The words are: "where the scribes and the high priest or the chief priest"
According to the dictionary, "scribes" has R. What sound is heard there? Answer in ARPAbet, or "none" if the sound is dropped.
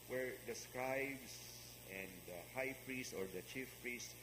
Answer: none